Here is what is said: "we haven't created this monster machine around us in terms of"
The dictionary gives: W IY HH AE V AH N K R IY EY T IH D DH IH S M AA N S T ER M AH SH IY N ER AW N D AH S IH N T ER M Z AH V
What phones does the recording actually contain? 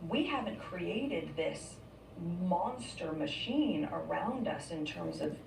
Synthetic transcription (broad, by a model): W IY HH AE V AH N K R IY EY T IH D DH IH S M AA N S T ER M AH SH IY N ER AW N D AH S IH N T ER M Z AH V